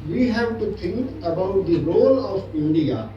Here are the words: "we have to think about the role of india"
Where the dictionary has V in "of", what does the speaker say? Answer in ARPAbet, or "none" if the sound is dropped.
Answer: P